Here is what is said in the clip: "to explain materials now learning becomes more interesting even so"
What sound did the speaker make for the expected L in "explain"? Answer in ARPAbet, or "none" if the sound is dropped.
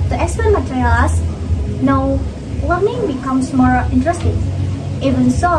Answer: none